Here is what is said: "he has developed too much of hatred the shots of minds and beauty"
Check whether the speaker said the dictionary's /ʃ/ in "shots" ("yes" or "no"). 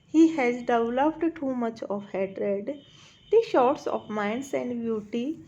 yes